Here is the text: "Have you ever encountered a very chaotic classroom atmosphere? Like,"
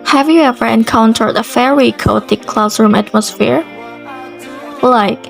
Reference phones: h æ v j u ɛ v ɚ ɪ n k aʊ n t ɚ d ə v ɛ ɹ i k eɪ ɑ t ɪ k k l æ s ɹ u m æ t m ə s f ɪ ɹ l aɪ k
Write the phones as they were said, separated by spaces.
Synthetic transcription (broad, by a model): h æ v j u ɛ v ɚ ɪ n k aʊ n t ɚ d ə f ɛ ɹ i k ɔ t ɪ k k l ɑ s ɹ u m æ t m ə s f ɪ ɹ l aɪ k